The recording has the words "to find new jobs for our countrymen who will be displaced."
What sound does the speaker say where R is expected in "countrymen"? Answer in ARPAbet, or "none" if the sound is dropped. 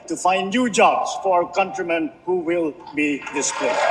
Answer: R